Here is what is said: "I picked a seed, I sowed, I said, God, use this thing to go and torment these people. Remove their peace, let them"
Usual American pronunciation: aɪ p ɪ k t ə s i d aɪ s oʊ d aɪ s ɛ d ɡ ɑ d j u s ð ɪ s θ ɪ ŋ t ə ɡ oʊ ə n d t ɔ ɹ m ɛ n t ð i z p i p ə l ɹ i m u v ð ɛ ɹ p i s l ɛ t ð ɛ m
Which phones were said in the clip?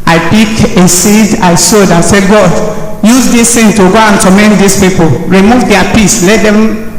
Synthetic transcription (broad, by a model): aɪ p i k ə s i d aɪ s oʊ d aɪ s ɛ ɡ ɑ d j u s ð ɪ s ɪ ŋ t ə ɡ oʊ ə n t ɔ m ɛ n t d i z p i p ə l ɹ i m u v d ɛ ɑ p i s l ɛ t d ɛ m